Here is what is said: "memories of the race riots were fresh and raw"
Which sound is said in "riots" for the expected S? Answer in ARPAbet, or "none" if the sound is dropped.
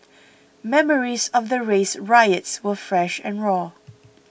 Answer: S